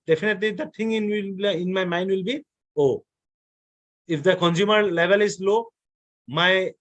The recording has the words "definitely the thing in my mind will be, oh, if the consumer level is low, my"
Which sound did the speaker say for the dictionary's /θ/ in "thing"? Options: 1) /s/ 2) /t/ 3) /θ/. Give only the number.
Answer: 2